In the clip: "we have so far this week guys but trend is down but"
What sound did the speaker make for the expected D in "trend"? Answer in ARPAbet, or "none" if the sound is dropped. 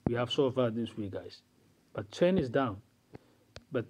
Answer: none